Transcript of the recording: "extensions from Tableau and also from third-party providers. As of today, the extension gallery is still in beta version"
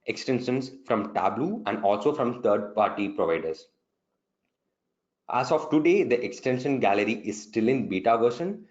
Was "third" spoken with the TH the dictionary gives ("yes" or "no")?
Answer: no